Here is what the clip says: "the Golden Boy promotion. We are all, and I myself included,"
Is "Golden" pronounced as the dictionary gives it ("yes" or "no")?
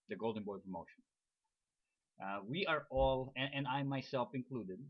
yes